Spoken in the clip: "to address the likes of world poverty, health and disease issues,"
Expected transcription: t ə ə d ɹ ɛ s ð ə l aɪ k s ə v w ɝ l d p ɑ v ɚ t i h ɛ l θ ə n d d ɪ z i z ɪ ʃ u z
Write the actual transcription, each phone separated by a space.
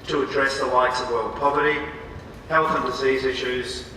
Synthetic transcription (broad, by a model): t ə ə d ɹ ɛ s ð ə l aɪ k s ə v w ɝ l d p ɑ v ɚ t i h ɛ l θ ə n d d ɪ z i z ɪ ʃ u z